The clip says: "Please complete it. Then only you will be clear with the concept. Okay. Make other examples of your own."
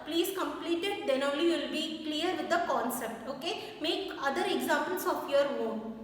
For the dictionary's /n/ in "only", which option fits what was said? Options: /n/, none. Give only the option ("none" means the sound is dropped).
none